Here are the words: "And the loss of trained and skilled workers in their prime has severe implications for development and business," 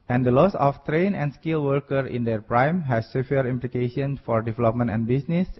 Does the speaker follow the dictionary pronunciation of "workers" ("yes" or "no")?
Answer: no